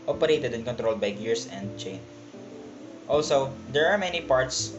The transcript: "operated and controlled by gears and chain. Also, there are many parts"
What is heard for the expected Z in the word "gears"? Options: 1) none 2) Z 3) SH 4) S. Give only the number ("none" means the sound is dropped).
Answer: 4